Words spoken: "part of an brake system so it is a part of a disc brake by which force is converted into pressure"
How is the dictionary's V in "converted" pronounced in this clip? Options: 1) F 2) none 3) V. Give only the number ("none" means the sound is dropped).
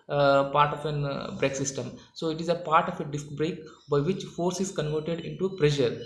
3